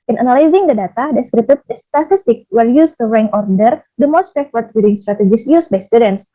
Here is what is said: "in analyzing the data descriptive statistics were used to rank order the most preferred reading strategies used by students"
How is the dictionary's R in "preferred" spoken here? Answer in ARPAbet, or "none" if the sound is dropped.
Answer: none